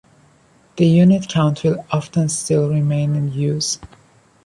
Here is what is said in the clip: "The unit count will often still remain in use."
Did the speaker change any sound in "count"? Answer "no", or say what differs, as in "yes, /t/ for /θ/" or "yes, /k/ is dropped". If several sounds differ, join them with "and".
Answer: no